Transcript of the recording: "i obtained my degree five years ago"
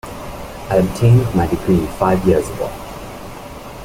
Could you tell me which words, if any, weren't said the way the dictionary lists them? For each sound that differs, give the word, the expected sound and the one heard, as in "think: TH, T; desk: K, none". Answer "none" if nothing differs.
none